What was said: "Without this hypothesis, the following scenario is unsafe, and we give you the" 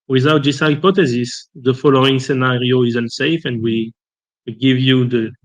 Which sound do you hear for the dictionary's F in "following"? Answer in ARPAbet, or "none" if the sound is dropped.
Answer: F